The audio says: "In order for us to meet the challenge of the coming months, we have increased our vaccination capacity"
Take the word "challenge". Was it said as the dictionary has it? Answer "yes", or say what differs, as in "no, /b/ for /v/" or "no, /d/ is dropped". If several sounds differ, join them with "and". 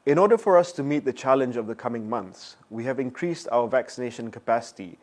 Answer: yes